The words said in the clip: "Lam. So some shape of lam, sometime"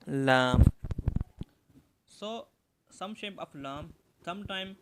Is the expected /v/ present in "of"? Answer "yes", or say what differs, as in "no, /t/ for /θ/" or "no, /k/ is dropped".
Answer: no, /f/ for /v/